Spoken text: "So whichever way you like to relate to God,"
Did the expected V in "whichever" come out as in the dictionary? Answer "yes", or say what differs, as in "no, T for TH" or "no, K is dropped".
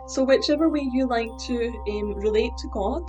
yes